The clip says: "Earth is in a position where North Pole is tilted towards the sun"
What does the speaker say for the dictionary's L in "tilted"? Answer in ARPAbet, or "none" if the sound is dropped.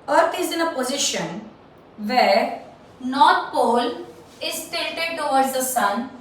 none